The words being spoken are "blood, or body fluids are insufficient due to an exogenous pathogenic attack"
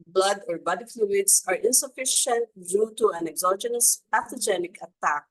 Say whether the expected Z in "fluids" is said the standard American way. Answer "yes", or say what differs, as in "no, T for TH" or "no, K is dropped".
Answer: no, S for Z